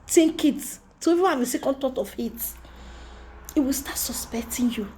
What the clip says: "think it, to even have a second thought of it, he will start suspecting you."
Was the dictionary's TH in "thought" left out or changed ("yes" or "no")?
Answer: yes